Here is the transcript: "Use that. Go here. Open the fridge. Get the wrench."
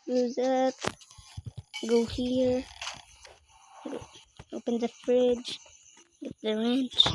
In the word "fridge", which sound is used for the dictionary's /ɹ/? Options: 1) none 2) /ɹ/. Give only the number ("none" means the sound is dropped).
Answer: 2